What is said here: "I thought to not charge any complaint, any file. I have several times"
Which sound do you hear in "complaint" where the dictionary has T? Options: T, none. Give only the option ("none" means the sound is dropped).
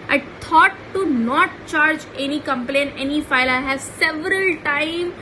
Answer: none